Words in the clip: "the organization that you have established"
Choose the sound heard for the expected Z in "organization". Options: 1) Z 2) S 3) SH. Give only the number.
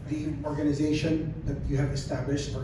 1